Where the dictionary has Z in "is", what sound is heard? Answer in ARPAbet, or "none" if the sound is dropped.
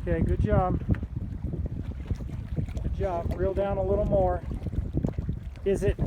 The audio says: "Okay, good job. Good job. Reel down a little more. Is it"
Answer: Z